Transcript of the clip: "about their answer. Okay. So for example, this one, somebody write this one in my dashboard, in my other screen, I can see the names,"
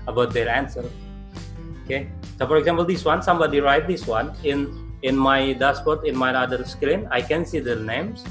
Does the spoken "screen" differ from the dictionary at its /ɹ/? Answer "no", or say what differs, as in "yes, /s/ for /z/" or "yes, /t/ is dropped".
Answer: yes, /l/ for /ɹ/